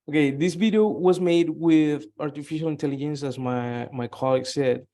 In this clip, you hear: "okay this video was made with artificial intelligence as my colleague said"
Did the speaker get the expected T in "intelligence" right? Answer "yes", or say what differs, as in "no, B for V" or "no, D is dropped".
yes